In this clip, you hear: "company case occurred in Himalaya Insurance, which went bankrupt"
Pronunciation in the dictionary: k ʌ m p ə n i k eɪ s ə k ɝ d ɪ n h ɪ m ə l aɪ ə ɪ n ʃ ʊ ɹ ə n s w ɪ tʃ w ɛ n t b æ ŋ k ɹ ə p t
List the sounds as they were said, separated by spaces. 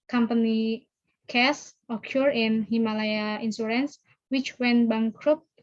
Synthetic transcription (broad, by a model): k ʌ m p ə n i k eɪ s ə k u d ɪ n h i m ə l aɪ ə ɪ n s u ɹ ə n s w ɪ tʃ w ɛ n b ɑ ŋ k ɹ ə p